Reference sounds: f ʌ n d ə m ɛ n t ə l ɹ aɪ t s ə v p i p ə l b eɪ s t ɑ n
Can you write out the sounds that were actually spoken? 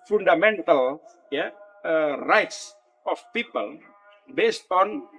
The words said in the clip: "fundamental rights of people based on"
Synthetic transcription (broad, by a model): f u n d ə m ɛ n t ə l ɹ aɪ t s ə f p i p ə l b eɪ s t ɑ n